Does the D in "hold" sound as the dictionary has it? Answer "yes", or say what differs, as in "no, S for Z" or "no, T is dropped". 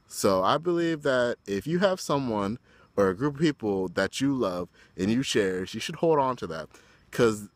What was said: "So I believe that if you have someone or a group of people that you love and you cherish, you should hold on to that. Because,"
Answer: yes